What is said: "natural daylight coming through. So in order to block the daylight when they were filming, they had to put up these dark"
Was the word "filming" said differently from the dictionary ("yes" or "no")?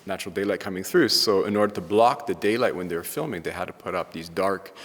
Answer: no